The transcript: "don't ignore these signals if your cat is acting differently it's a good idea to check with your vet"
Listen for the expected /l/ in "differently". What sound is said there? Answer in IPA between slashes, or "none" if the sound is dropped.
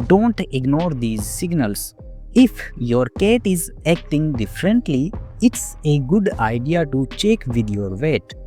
/l/